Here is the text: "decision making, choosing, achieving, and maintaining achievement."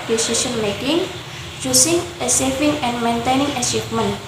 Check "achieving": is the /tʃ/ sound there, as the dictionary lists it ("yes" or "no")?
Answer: no